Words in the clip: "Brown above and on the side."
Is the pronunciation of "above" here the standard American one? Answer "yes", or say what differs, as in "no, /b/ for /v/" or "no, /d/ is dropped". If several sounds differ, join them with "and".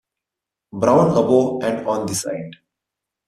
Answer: no, /v/ is dropped